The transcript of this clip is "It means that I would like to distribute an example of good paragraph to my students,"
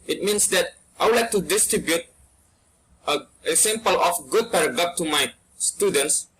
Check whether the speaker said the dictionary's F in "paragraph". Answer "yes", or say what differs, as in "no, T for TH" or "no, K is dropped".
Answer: no, P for F